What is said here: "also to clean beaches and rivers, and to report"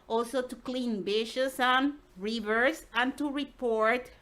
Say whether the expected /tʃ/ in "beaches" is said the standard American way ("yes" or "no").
no